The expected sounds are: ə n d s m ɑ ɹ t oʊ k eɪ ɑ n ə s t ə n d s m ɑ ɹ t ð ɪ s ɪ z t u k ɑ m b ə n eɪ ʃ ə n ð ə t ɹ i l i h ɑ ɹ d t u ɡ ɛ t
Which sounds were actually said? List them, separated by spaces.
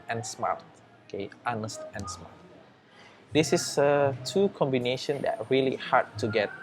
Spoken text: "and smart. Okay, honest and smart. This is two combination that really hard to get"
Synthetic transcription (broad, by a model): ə n s m ɑ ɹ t oʊ k eɪ ɑ n ə s t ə n s m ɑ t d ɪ s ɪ s t u k ɑ m b ə n eɪ ʃ ə n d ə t ɹ i l i h ɑ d t u ɡ ɛ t